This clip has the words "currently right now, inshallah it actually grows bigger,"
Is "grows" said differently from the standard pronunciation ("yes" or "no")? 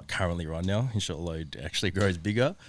no